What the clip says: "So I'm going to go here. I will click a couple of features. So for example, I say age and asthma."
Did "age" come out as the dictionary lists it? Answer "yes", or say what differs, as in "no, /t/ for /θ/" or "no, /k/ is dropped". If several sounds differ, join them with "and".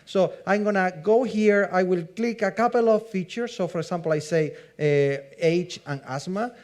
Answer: no, /tʃ/ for /dʒ/